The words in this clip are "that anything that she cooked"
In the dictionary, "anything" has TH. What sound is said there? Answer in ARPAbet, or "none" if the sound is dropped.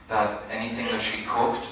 TH